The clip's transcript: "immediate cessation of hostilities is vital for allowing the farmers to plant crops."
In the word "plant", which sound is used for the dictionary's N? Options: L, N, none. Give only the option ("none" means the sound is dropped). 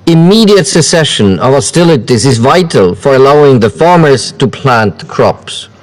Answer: N